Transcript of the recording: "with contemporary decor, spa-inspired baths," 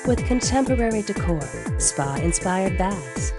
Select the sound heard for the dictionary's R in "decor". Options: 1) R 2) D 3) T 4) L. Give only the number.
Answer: 1